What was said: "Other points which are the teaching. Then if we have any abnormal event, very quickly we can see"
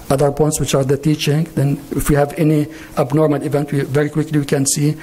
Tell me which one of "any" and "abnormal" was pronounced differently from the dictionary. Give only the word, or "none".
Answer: none